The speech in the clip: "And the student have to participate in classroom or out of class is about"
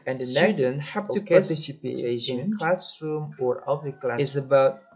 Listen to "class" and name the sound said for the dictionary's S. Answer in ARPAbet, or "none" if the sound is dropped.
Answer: none